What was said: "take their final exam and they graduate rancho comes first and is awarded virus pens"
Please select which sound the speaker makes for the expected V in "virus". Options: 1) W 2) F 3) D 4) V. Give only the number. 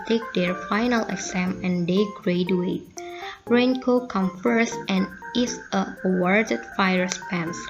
2